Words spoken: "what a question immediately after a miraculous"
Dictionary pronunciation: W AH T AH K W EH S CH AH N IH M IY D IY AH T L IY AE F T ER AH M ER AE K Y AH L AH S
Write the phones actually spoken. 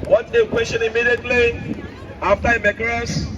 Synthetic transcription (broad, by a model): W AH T AH K W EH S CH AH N IH M IY D IY AH T L IY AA F T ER AH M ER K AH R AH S